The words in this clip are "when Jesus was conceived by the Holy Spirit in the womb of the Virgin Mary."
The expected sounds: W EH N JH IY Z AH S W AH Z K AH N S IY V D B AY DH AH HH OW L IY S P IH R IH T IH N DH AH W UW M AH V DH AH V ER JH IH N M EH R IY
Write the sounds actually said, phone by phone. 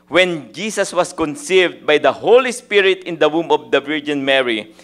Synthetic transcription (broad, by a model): W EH N JH IY S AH S W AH S K AH N S IY V D B AY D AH HH OW L IY S P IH R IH T IH N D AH W UW M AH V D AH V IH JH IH N M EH R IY